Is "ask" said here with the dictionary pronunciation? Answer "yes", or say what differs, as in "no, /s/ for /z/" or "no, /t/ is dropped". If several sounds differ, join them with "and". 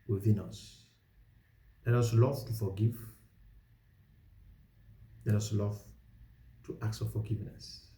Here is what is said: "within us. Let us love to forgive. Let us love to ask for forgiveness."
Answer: no, /s/ is dropped